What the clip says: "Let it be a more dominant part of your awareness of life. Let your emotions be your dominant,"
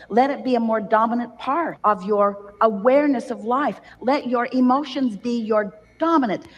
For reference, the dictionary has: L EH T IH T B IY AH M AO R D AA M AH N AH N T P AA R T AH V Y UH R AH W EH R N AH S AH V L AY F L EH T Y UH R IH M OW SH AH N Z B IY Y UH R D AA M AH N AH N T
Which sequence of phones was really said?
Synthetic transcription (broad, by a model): L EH T IH T B IY AH M AO R D AA M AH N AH N P AA R T AH V Y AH R AH W EH R N AH S AH V L AY F L EH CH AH R IH M OW SH AH N Z B IY Y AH R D AA M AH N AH N T